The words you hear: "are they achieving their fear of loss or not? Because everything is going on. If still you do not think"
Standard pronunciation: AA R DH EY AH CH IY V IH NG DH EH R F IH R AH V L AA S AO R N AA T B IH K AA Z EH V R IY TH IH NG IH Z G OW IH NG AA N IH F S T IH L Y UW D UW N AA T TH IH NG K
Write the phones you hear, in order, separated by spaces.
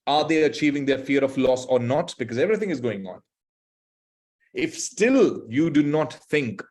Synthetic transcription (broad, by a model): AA R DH EY AH CH IY V IH NG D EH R F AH R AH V L AA S AO R N AA T B IH K AA Z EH V R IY T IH NG IH Z G OW IH NG AA N IH F S T IH L Y UW D UW N AA T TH IH NG K